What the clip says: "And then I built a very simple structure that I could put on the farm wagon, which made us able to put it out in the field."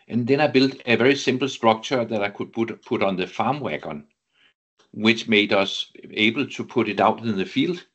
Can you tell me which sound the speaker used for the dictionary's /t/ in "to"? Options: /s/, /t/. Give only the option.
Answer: /s/